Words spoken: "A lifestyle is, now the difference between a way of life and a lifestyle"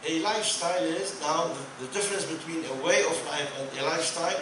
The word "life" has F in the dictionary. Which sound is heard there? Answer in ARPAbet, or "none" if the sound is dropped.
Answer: P